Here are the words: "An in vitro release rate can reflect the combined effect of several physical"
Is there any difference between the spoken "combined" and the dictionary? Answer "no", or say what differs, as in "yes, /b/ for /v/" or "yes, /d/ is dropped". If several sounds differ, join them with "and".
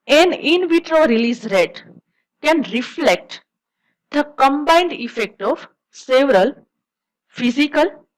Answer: no